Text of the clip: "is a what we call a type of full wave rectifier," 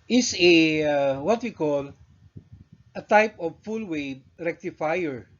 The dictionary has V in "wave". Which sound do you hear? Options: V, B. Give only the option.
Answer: B